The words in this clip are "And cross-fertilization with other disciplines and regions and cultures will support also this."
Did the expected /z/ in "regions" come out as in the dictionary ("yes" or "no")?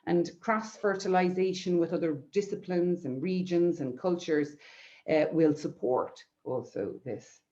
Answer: yes